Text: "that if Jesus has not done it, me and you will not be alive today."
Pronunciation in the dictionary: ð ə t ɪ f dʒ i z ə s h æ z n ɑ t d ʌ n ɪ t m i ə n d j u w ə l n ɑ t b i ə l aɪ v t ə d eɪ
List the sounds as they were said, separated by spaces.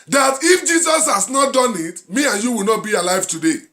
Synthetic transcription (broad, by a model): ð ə t ɪ f dʒ i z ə s h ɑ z n ɑ t d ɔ n ɪ t m i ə n j u w ə l n ɑ t b i ə l aɪ v t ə d eɪ